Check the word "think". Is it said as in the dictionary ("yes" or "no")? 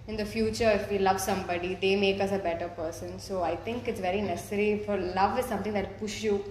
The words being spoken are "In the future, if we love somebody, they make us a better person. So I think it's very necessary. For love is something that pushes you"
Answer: no